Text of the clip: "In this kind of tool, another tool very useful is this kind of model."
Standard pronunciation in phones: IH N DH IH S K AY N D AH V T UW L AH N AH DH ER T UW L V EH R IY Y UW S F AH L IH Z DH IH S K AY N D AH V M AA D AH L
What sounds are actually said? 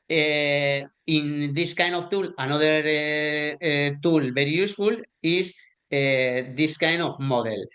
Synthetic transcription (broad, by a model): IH N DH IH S K AY N D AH F T UW L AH N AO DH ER T UW L B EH R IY Y UW S F AH L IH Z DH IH S K AY N D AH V M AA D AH L